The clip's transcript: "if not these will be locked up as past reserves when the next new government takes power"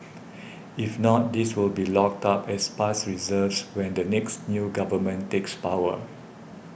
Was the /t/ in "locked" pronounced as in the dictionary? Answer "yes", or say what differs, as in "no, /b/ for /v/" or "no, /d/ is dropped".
yes